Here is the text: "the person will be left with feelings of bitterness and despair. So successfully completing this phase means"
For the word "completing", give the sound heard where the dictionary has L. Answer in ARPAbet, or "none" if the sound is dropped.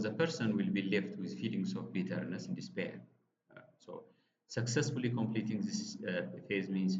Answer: L